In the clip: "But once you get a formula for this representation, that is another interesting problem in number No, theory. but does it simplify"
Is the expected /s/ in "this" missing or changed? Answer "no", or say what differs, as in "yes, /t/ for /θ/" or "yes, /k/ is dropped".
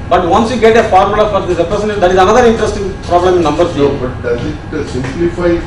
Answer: yes, /s/ is dropped